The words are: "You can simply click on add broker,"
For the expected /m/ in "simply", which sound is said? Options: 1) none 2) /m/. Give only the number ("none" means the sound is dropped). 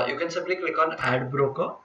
1